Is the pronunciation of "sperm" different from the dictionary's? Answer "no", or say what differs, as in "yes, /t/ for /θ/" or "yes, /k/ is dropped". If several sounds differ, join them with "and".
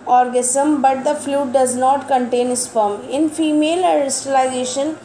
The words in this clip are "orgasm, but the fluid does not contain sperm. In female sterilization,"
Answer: yes, /f/ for /p/